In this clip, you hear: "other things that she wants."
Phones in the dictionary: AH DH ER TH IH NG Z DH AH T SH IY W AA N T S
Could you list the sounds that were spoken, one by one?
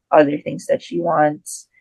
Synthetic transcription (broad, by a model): AH DH ER TH IH NG Z DH AH T SH IY W AA N T S